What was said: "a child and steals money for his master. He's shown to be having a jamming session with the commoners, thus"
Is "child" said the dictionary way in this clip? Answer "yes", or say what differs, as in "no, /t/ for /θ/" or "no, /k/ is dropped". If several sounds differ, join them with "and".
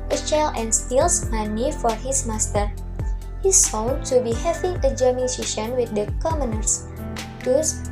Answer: no, /d/ is dropped